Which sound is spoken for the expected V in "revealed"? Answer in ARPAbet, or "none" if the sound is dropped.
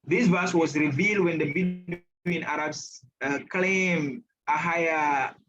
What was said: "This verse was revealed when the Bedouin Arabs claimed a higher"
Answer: V